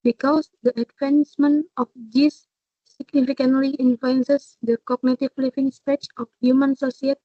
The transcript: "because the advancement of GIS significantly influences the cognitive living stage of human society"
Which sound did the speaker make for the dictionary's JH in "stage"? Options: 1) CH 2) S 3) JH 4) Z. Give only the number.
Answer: 1